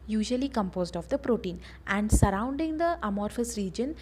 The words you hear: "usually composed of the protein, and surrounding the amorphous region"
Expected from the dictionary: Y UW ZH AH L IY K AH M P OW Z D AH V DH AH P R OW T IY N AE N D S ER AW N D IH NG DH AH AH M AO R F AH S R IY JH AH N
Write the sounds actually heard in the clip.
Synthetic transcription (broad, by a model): Y UW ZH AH L IY K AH M P OW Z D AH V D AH P R OW T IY N AE N D S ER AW N D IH NG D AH AH M AO R F AH S R IY JH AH N